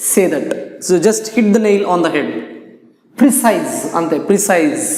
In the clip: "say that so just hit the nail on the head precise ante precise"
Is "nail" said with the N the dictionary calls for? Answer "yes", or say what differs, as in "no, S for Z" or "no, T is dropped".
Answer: yes